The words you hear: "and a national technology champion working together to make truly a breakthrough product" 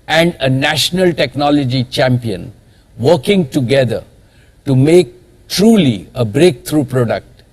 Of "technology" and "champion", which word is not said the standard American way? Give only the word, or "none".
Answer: none